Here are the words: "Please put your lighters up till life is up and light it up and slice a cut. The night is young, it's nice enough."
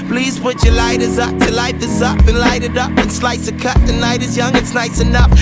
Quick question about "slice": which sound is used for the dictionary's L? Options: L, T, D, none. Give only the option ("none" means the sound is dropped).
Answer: L